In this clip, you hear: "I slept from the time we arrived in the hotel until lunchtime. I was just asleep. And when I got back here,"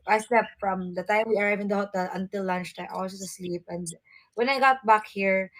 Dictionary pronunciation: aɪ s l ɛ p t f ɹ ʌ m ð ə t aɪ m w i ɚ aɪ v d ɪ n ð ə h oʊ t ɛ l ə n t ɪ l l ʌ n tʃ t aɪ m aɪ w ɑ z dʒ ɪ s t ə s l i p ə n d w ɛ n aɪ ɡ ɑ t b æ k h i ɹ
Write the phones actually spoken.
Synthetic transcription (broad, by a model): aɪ s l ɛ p f ɹ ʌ m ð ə t aɪ m w i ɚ aɪ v ɪ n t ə h oʊ t ɛ l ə n t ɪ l l ʌ n tʃ t aɪ m aɪ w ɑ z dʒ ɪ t ə s l i p ə n d w ɛ n aɪ ɡ ɑ t b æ k h i ɹ